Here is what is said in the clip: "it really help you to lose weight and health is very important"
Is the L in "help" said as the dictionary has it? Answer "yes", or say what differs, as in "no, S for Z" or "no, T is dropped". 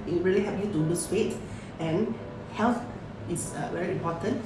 no, L is dropped